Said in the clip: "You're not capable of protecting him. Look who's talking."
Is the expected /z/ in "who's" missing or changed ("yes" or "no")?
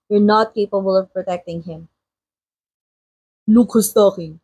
yes